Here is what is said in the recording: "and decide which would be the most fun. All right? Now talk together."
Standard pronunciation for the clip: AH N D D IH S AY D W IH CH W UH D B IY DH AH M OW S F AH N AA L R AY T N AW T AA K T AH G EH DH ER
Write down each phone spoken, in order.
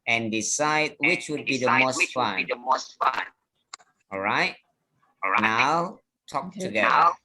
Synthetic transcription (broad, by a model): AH N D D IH S AY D W IH CH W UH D B IY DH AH M OW S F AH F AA N R AY T N AW T AA K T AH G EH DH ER